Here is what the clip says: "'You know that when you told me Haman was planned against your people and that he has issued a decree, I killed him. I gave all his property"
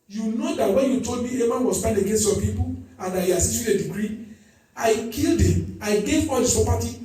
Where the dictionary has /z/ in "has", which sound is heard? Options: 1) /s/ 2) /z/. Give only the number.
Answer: 1